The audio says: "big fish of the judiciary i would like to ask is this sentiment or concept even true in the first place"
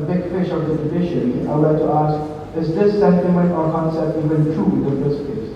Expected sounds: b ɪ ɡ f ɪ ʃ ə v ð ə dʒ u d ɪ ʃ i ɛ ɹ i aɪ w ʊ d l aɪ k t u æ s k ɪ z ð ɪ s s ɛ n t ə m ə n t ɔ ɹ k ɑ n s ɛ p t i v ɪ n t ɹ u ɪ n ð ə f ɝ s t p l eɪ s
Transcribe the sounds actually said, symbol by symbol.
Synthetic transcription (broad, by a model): b ɪ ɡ f ɪ ʃ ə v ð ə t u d ɪ ʃ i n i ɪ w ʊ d l aɪ k t u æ s k ɪ z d ɪ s s ɛ n t ə m ə n t ɔ ɹ k ɑ n s ɛ p t i v ɪ n t ɹ u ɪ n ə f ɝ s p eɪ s